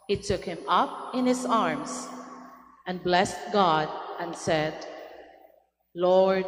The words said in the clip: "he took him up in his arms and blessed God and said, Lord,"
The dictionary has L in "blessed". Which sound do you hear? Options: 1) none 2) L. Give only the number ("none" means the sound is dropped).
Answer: 2